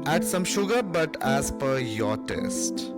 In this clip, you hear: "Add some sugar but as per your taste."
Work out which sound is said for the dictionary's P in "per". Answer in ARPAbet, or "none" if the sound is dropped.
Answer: P